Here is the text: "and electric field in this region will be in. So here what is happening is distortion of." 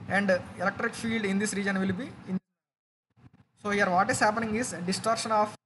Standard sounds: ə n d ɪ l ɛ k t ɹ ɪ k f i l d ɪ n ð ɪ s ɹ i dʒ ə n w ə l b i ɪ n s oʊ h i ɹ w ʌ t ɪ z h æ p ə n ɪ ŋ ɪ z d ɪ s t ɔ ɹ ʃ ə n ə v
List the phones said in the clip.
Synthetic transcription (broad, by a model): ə n d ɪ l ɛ k t ɹ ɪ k f i l d ɪ n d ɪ s ɹ i dʒ ə n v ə l b i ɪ n s oʊ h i ɹ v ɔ t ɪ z h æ p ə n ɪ ŋ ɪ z d ɪ s t ɔ ɹ ʃ ə n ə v